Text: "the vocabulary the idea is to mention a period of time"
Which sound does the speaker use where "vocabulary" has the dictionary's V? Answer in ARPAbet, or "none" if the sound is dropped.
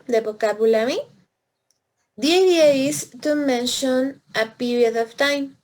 B